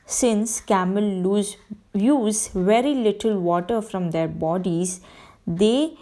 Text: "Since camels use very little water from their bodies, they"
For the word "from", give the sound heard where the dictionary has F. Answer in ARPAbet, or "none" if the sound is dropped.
F